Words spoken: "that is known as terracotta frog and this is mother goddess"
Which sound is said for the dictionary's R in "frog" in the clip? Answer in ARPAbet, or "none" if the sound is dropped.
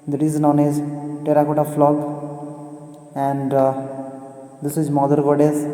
L